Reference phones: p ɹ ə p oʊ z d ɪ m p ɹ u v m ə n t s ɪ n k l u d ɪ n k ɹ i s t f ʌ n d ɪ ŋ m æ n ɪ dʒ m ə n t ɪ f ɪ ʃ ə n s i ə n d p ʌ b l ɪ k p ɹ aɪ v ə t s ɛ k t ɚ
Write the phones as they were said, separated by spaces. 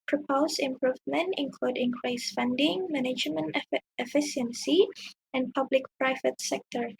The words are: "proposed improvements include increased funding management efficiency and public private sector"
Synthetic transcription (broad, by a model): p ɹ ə p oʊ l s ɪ m p ɹ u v m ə n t ɪ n k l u d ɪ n k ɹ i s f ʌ n d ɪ ŋ m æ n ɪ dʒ m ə n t ɪ f ɪ ʃ ə n s i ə n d p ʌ b l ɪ k p ɹ aɪ v ə t s ɛ k t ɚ